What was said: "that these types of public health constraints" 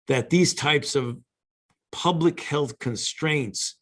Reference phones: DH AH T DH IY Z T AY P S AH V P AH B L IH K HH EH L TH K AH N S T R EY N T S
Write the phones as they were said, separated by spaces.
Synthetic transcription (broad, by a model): DH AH T DH IY Z T AY P S AH V P AH B L IH K HH EH L TH K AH N S T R EY N T S